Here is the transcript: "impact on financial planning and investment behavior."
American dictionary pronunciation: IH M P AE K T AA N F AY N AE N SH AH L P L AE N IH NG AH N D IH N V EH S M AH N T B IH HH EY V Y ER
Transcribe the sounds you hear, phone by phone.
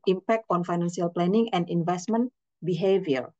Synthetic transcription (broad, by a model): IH M P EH K T AA N F AY N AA N S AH L P L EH N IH NG AH N D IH N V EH S M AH N B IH HH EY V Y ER